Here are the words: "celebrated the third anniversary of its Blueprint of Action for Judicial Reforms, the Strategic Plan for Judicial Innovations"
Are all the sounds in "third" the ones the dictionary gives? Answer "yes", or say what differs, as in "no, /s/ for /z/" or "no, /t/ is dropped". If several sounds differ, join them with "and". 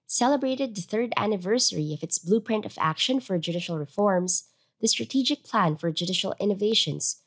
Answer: yes